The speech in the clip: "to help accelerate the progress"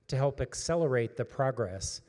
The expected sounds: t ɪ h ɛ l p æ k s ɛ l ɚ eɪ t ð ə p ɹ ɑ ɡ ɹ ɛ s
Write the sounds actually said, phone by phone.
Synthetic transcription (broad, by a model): t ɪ h ɛ l p æ k s ɛ l ɚ eɪ t ð ə p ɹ ɑ ɡ ɹ ɛ s